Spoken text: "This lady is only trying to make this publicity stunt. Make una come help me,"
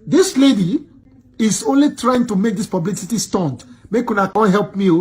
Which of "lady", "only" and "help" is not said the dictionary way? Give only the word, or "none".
none